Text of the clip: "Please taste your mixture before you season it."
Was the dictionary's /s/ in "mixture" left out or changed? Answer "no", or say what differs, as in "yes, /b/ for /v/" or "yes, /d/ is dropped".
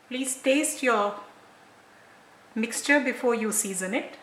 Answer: no